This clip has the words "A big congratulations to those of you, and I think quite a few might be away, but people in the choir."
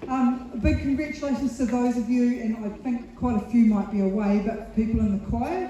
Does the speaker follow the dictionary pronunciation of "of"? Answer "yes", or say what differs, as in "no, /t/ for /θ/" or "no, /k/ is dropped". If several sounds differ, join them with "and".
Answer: yes